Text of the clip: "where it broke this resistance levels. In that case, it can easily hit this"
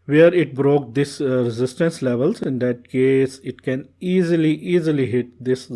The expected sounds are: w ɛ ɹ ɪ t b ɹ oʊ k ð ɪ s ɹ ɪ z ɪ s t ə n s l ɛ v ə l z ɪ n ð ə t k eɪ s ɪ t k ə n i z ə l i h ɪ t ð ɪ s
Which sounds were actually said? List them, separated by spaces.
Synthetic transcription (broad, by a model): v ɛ ɹ ɪ t b ɹ oʊ k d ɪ s ɹ ɪ z ɪ s t ə n s l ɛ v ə l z ɪ n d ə t k eɪ s ɪ t k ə n i z ə l i h ɪ t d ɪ s